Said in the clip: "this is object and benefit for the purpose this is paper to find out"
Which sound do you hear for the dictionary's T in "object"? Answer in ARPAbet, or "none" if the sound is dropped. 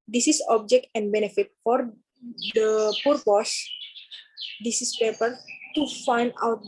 T